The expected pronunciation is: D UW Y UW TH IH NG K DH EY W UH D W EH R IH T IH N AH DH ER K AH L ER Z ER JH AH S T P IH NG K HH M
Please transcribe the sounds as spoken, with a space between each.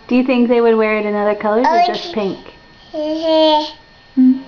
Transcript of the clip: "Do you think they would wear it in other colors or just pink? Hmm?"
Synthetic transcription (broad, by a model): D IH Y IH TH IH NG K DH EY W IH D W EH R IH T IH N AH DH ER K AH L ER ER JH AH S P IH NG K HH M